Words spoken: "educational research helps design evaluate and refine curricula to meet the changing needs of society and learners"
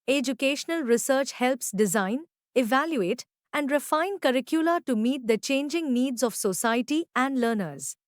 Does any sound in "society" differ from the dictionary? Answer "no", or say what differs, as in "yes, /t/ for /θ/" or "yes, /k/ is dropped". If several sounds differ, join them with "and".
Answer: no